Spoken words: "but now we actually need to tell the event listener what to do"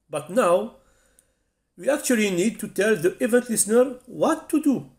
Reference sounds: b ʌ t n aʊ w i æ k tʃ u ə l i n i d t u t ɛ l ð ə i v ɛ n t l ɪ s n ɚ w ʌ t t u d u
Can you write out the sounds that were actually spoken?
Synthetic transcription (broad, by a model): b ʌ t n aʊ w i æ k tʃ u ə l i n i d t u t ɛ l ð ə i v ɛ n t l ɪ s n ɚ w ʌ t t u d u